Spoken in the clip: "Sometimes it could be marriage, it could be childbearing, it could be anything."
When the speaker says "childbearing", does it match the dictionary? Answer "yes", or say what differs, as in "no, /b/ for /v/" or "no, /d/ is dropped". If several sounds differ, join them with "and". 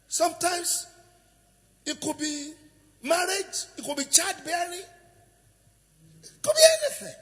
no, /l/ is dropped and /l/ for /ɹ/